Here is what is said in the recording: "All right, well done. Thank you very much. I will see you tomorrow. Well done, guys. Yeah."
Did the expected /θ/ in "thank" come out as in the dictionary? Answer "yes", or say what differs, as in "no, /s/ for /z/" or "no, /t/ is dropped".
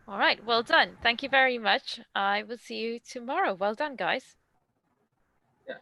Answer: yes